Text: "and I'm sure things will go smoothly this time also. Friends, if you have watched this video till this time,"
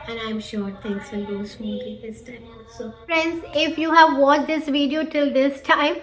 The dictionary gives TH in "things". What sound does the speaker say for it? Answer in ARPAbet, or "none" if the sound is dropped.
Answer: T